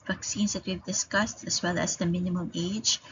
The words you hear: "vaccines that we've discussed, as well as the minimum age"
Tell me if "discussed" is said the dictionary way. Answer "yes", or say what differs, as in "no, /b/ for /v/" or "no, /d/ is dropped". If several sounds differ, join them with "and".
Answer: yes